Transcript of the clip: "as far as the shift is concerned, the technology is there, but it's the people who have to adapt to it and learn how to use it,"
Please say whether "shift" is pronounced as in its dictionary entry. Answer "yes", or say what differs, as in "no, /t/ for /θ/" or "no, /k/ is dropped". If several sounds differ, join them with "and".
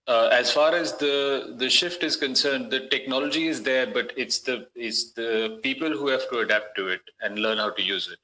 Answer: yes